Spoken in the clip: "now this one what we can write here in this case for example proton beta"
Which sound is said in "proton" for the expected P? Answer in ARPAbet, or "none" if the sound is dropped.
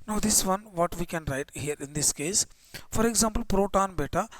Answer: P